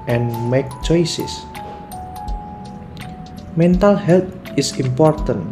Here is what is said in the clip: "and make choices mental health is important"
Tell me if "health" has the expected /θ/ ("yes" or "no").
no